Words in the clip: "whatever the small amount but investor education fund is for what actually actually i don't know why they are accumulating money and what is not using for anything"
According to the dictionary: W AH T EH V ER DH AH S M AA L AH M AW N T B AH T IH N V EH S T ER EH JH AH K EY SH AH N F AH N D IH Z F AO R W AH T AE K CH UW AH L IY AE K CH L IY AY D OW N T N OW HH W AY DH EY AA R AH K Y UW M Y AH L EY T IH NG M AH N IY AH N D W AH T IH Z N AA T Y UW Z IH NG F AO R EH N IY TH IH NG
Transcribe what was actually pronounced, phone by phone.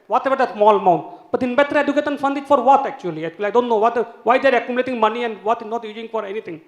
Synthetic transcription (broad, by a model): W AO T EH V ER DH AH S M AA L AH M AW N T B AH T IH N B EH T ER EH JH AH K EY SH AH N F AH N D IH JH F AO R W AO T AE K CH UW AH L IY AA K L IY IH D OW N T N OW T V AY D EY R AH K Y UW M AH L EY T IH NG M AH N IY AH N D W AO T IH N AA T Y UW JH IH NG F AO R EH N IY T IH NG